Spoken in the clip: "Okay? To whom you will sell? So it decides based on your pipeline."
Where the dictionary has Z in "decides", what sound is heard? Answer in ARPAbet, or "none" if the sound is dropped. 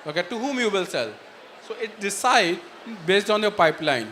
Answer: none